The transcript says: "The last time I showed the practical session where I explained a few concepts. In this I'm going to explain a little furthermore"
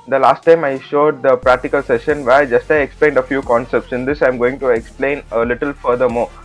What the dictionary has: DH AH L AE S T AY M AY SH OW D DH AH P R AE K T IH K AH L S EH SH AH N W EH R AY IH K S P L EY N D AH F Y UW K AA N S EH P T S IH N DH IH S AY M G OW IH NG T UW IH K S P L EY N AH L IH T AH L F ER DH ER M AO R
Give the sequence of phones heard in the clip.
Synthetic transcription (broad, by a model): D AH L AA S T AY M AY SH OW D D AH P R AE K T IH K AH L S EH SH AH N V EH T AY IH K S P L EY N D AH F Y UW K AA N S EH P T S IH N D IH S AY M G OW IH NG T UW IH K S P L EY N AH L IH T AH L F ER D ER M AO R